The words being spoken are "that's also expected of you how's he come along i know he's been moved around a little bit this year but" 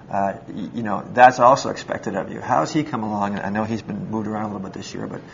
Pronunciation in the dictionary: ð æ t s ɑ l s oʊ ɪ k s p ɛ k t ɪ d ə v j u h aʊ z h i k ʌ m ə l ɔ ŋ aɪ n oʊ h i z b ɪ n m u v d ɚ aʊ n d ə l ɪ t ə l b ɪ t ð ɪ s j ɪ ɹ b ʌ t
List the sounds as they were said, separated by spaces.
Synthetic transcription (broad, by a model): ð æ t s ɑ l s oʊ ɪ k s p ɛ k t ɪ d ə v j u h aʊ z i k ʌ m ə l ɔ ŋ aɪ n oʊ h i z b ɪ n m u v d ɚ aʊ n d ə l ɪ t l b ɪ t ð ɪ s j ɪ ɹ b ʌ t